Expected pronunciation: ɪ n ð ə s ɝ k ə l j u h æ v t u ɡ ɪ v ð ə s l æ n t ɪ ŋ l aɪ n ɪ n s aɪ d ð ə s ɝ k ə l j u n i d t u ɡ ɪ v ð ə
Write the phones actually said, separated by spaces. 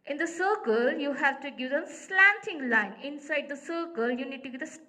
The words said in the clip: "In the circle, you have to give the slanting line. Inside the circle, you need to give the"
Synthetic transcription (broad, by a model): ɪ n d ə s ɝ k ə l j u h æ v t u ɡ ɪ v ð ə s l æ n t ɪ ŋ l aɪ n ɪ n s aɪ d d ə s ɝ k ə l j u n i d t u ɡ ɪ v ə